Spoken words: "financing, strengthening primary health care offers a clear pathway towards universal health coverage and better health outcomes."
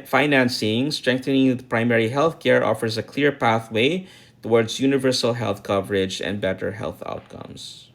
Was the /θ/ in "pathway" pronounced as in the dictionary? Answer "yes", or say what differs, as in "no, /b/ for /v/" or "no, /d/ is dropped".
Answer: yes